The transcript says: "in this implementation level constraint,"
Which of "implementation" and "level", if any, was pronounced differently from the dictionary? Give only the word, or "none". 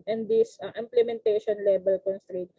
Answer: level